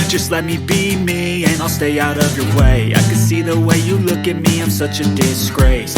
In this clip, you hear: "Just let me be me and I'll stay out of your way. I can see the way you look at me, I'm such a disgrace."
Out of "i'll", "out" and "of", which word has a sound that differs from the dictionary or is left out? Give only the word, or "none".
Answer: none